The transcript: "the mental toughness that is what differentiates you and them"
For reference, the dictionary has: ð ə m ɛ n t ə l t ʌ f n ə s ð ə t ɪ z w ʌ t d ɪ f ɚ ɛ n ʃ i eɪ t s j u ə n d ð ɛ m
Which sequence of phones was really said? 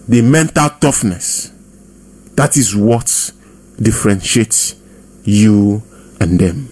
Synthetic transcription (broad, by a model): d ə m ɛ n t ə l t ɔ f n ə s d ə t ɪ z w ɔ t d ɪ f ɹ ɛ n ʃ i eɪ t s j u ə n d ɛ m